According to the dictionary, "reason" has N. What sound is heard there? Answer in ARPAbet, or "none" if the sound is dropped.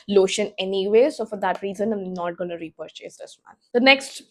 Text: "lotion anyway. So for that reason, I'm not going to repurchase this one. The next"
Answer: N